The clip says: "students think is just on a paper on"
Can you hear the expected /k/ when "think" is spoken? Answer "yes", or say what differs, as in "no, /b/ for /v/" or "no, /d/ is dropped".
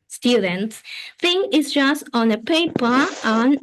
no, /k/ is dropped